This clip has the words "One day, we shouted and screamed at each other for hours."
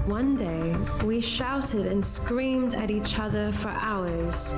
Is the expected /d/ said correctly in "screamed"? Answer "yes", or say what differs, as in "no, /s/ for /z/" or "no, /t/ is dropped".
yes